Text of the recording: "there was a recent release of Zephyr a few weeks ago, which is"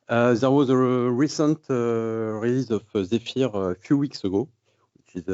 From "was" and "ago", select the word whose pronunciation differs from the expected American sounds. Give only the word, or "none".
none